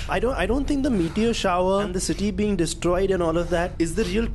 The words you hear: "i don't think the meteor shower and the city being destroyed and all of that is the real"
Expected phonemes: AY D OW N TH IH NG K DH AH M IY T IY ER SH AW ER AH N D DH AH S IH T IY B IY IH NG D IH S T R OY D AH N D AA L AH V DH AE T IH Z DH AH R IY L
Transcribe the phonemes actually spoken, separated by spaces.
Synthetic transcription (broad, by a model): AY D OW N T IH NG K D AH M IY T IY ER SH AW ER AH N D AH S IH T IY B IY IH NG D IH S T R OY D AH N AA L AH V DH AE T IH Z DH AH R IY L